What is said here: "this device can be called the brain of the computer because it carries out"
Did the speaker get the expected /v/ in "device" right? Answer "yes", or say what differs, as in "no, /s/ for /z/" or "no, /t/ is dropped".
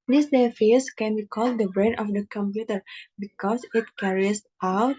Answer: no, /f/ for /v/